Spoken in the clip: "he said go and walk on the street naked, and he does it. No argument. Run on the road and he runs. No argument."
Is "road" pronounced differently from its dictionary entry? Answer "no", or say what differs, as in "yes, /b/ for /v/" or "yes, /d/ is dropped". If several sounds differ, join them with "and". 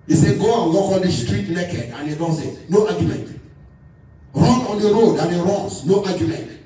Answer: no